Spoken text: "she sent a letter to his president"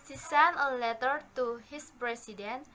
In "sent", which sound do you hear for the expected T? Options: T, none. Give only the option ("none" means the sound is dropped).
none